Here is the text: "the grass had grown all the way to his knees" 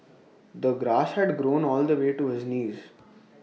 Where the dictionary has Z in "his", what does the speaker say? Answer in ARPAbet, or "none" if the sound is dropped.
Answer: Z